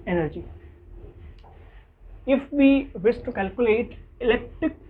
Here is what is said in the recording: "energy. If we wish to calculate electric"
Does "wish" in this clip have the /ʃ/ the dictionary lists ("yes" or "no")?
no